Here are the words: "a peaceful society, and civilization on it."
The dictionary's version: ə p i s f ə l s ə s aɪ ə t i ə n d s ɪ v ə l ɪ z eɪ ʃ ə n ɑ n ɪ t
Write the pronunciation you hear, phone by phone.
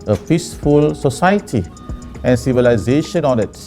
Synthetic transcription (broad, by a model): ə f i s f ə l s ə s aɪ ə t i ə n s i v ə l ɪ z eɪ ʃ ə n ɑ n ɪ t